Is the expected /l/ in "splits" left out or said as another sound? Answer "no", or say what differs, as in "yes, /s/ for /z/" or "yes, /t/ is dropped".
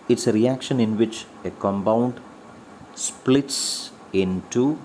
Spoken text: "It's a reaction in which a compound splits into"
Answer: no